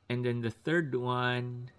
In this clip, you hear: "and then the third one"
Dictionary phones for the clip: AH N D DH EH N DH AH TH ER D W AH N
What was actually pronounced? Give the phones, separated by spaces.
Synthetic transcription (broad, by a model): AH N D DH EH N DH AH TH ER D W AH N